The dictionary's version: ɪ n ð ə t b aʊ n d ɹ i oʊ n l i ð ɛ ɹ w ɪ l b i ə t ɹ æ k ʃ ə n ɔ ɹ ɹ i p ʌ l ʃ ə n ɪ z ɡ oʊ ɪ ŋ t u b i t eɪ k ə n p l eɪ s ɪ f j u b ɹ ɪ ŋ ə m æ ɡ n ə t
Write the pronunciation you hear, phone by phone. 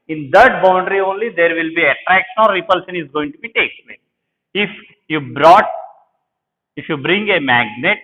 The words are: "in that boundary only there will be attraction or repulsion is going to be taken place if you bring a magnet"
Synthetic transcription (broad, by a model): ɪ n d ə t b aʊ n d ɹ i oʊ n l i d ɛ ɹ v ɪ l b i ə t ɹ æ k ʃ ə n ɔ ɹ ɹ i p ʌ l ʃ ə n ɪ z ɡ oʊ ɪ ŋ t u b i t eɪ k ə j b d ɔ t ɪ f j u b ɹ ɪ ŋ ə m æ ɡ n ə t